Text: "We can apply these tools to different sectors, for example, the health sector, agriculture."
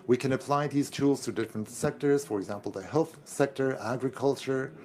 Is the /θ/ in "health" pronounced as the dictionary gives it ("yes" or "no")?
yes